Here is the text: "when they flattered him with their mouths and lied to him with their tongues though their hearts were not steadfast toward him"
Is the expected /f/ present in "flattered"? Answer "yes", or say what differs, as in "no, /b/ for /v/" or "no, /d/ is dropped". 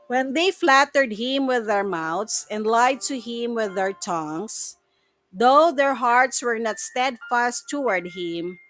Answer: yes